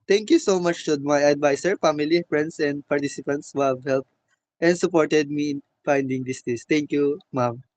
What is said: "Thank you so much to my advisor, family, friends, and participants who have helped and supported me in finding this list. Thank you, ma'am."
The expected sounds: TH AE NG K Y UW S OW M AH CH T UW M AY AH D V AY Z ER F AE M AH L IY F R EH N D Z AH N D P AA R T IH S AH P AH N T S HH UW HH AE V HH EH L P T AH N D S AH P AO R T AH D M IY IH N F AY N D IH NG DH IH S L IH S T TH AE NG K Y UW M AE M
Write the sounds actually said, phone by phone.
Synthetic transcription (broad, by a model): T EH NG K Y UW S OW M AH CH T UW M AY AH D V AY S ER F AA M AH L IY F R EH N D S AH N D P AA R T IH S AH P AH N T S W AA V HH EH L P T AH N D S AH P AO R T AH D M IY IH N F AY N D IH NG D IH S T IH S T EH NG K Y UW M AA M